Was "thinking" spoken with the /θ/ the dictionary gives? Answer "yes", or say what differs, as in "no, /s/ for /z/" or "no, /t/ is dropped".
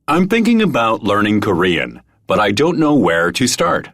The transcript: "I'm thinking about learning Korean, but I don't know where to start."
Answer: yes